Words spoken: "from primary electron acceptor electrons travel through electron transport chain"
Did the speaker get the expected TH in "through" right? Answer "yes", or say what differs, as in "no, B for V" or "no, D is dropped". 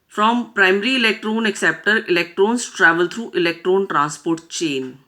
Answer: no, T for TH